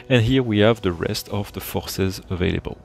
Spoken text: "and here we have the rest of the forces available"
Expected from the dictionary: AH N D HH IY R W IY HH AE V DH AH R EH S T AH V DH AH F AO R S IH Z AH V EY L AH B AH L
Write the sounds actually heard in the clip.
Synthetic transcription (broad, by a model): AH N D HH IY R W IY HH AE V DH AH R EH S T AH V DH AH F AO R S IH Z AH V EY L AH B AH L